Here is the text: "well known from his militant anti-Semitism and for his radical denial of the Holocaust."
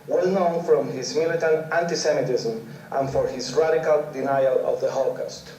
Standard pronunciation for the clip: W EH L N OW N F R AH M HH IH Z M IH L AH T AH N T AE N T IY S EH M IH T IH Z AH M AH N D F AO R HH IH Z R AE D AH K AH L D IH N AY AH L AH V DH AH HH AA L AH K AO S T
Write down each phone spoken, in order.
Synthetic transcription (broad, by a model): W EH L N OW N F R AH M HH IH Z M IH L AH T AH N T AE N T IY S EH M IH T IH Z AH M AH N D F AO R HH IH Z R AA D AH K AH L D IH N AY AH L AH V DH AH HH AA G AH S T